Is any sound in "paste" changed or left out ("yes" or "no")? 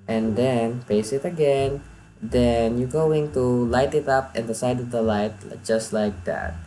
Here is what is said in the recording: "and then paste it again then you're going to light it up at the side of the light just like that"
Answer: yes